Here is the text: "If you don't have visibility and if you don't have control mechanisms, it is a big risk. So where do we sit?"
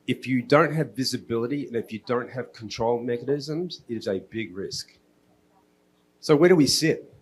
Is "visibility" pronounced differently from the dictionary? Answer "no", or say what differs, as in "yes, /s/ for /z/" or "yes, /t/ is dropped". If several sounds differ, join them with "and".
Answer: no